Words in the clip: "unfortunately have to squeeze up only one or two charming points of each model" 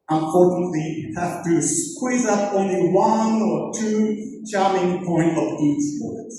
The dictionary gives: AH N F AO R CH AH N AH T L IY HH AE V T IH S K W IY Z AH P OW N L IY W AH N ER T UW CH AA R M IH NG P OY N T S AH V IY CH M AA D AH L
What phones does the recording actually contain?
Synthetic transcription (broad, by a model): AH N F AO R CH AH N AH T L IY HH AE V T IH S K W IY Z AH P OW N L IY W AH N ER T UW CH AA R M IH NG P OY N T AH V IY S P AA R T